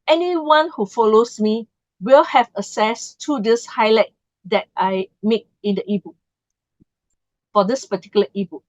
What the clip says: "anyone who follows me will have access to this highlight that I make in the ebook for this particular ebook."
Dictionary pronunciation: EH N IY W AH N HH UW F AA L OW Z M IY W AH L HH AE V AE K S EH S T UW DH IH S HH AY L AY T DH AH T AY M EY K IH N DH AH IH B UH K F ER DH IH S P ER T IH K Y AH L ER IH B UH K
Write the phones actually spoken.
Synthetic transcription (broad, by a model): EH N IY W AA N HH UW F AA L OW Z M IY W AH L HH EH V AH S EH S T UW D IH S HH AY L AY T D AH T AY M EY K IH N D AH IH B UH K F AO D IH S P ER T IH K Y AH L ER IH B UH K